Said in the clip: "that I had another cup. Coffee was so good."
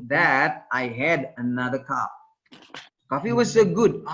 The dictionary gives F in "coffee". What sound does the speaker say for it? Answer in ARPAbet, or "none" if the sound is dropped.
F